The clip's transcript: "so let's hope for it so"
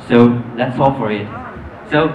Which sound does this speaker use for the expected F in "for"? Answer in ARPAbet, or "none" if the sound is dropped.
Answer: F